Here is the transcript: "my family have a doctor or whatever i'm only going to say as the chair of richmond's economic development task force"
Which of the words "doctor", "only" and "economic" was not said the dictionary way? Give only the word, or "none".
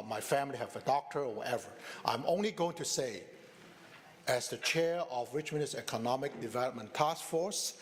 none